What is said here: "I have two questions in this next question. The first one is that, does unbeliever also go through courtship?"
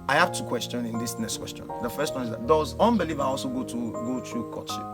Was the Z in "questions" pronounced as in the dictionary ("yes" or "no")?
no